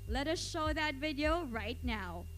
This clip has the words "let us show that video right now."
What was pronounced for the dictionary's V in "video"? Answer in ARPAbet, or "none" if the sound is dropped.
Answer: V